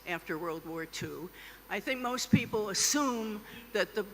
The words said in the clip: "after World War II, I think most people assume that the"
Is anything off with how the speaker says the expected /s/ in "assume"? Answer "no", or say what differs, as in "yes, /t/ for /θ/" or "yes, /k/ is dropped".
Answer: no